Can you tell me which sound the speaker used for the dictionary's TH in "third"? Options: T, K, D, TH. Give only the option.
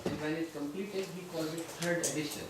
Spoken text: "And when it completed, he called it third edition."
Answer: T